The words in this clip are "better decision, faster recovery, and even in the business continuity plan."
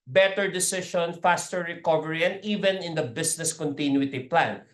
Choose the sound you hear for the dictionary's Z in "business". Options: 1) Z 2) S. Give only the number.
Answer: 2